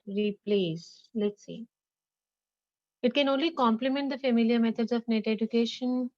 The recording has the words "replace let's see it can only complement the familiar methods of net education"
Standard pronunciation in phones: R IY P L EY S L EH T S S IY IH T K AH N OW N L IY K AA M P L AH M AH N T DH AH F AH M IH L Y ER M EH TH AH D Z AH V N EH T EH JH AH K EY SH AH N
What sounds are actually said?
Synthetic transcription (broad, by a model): R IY P L EY S L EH T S S IY IH T K AH N OW N L IY K AA M P L AH M AH N T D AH F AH M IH L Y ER M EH T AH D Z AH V N EH T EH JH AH K EY SH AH N